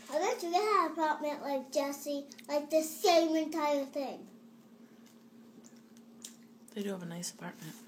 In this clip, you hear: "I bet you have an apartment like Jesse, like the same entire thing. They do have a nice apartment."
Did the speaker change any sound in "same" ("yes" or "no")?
no